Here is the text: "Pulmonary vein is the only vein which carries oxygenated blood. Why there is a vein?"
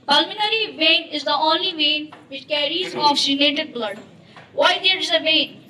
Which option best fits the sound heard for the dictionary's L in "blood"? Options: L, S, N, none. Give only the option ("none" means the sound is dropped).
L